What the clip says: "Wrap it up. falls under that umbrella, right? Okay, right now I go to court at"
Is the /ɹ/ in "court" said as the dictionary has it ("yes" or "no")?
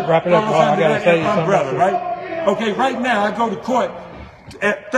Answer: yes